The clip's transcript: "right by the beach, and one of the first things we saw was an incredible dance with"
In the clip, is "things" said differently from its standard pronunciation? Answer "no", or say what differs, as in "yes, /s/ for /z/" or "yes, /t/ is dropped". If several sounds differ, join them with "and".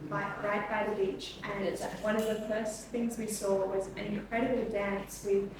no